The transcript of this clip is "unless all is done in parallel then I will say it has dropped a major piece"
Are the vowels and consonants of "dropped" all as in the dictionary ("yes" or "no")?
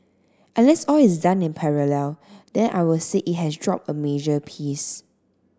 no